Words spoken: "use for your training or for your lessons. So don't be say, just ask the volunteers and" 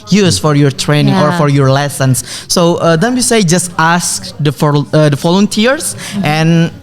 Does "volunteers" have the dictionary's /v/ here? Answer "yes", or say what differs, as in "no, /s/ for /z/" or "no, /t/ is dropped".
no, /f/ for /v/